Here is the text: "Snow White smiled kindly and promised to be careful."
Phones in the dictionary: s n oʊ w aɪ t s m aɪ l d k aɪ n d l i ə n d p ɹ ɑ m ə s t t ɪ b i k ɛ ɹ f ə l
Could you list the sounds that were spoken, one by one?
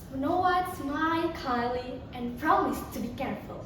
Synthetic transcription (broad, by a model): n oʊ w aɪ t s m aɪ d k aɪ l i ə n p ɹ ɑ m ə s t t ɪ b i k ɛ ɹ f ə l